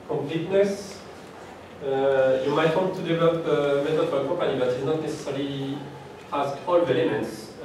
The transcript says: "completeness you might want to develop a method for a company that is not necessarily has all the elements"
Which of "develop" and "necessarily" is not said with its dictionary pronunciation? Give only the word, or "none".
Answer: necessarily